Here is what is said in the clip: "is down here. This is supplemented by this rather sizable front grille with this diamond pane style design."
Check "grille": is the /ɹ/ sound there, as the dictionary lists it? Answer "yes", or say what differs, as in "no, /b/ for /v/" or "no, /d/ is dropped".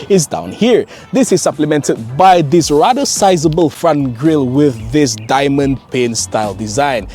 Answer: yes